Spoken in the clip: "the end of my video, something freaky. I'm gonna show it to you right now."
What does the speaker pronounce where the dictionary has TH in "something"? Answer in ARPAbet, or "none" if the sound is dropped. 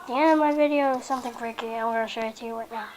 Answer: TH